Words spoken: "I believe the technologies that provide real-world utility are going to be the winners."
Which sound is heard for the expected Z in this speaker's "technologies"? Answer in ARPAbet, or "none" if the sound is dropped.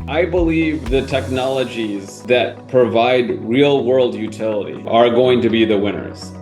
Z